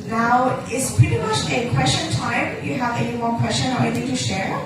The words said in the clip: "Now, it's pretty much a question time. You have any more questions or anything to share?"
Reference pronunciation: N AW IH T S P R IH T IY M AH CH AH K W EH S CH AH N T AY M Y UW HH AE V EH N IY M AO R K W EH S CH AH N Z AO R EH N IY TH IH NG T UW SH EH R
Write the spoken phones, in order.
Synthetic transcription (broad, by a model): N AW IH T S P R IH T IY M AH CH AH K W EH S CH AH N T AY M Y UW HH AE V EH N IY M AO R K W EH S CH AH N AO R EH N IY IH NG T UW SH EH R